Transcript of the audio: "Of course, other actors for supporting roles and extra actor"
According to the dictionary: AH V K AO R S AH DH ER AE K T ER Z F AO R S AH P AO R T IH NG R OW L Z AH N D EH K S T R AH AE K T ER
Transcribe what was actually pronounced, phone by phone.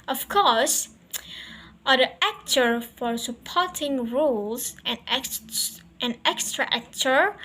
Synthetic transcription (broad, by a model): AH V K AO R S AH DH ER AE K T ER F AO R S AH P AO R T IH NG R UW L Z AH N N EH K S T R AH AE K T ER